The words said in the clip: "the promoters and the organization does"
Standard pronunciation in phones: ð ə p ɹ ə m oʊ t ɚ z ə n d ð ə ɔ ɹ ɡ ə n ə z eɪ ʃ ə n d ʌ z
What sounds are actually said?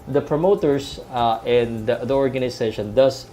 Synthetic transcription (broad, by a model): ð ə p ɹ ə m oʊ t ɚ s ə n d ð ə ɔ ɹ ɡ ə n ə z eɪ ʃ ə n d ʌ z